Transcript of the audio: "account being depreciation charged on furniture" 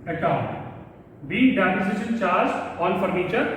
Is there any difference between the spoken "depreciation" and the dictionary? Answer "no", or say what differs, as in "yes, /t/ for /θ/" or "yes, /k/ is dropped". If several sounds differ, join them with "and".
yes, /ɹ/ is dropped and /s/ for /ʃ/